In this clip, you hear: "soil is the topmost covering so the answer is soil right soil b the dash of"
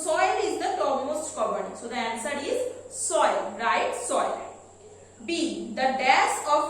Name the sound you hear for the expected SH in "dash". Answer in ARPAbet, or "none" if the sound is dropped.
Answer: S